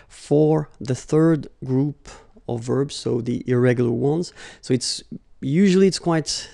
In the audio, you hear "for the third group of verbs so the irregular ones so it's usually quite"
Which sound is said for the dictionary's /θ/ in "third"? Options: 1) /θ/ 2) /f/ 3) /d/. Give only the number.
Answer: 1